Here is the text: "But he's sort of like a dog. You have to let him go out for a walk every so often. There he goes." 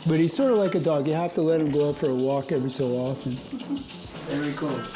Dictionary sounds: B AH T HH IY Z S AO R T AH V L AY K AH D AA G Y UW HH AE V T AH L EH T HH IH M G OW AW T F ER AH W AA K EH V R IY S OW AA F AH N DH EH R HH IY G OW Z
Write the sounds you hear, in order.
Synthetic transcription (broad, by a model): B AH T HH IY Z S AO R T AH V L AY K AH D AA G Y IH HH AE F T AH L EH T HH IH M G OW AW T F ER AH W AA K EH V R IY S OW AA F AH N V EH R IY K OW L